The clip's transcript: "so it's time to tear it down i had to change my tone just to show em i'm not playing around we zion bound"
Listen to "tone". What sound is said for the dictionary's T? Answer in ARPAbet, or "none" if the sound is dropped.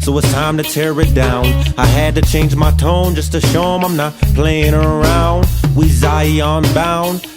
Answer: T